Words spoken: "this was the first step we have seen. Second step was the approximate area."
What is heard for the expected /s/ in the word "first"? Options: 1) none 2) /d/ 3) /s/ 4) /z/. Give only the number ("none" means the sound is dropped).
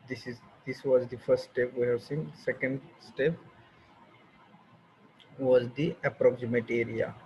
3